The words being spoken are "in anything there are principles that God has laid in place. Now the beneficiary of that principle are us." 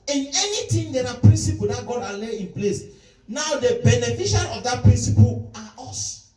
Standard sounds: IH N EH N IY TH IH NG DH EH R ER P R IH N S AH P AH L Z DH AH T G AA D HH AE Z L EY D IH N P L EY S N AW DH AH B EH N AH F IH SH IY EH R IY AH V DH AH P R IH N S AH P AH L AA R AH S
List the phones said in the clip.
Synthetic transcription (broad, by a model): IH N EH N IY T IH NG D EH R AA P R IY N S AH P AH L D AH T G AA D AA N L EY IH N P L EY S N AW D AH B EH N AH F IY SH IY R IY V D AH P R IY N S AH P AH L AA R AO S